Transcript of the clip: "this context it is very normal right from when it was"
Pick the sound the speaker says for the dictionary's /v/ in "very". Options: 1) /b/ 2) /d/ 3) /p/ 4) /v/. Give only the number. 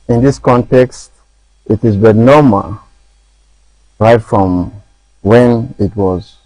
1